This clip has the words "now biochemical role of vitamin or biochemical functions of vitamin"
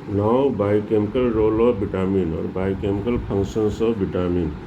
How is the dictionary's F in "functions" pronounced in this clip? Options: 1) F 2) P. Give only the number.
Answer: 2